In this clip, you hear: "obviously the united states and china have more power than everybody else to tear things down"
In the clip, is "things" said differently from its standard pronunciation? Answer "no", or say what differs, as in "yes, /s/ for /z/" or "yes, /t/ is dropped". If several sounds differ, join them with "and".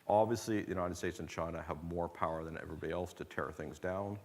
no